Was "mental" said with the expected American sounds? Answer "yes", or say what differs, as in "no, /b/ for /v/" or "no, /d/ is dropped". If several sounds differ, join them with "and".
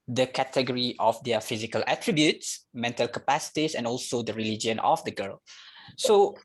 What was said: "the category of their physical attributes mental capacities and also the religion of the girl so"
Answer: yes